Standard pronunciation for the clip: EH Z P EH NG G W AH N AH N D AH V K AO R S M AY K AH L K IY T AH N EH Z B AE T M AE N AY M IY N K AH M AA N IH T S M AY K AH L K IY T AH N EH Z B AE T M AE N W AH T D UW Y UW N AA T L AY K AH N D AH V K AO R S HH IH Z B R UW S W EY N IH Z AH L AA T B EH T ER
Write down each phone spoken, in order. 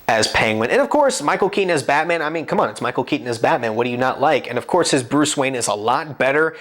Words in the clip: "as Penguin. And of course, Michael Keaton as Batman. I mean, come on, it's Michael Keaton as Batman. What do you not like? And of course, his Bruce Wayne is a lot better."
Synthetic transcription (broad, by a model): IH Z P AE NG W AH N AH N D AH V K AO R S M AY K L K IY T N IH Z B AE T M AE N AY M IY N K AH M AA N IH T S M AY K L K IY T N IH Z B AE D M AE N W AH T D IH Y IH N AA T L AY K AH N AH V K AO R S HH IH Z B R UW S W EY N IH Z AH L AA T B EH T ER